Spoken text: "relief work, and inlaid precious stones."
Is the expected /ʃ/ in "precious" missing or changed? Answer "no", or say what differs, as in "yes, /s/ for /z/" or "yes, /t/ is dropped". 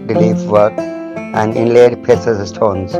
yes, /s/ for /ʃ/